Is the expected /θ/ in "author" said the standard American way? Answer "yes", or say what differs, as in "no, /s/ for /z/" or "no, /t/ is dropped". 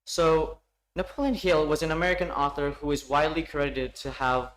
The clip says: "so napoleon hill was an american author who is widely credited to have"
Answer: yes